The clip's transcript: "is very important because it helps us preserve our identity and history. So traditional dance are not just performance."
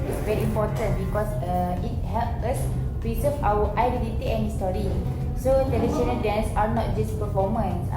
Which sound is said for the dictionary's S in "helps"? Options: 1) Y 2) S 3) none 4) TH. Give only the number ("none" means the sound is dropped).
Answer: 3